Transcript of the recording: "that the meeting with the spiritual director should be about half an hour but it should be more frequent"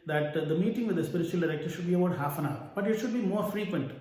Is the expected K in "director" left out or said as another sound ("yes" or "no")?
no